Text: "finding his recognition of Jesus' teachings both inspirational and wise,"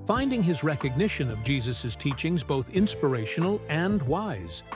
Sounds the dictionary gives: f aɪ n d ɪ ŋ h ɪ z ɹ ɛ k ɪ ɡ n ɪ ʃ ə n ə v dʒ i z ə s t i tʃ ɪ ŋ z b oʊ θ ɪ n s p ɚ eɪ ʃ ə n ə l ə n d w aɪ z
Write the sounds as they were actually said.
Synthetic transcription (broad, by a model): f aɪ n d ɪ ŋ ɪ z ɹ ɛ k ɪ ɡ n ɪ ʃ ə n ə v dʒ i z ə s t i tʃ ɪ ŋ z b oʊ θ ɪ n s p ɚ eɪ ʃ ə n l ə n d w aɪ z